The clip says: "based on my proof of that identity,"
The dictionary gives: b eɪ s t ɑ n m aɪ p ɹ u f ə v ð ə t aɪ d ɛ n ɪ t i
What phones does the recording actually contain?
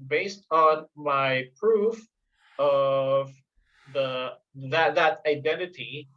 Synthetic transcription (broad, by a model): b eɪ s t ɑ n m aɪ p ɹ u f ə v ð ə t aɪ d ɛ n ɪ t i